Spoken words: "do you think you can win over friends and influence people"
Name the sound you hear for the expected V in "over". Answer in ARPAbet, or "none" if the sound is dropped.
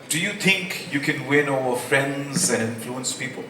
none